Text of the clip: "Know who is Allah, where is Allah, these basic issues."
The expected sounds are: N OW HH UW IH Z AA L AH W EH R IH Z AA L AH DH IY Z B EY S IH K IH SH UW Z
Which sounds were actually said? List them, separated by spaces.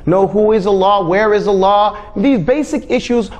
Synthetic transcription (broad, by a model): N OW HH UW IH Z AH L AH W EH R IH Z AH L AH DH IY Z B EY S IH K IH SH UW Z